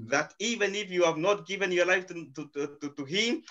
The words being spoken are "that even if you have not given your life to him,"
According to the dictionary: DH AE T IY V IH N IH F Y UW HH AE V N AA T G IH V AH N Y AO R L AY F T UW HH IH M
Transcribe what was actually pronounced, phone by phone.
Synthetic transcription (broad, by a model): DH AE T IY V IH N IH F Y UW HH AE V N AA T G IH V AH N Y AO R L AY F T UW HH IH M